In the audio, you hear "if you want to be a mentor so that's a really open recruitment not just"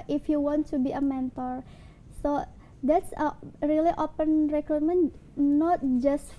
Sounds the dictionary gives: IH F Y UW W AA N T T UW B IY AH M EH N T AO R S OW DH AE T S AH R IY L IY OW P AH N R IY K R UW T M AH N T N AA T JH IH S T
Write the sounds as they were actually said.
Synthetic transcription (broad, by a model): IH F Y UW W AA N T T UW B IY AH M EH N T AO R S OW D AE T S AH R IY L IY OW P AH N R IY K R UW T M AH N N AA T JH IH S T